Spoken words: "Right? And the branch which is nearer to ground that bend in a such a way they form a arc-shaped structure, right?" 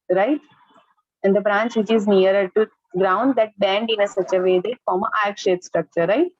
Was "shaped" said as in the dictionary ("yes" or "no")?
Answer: no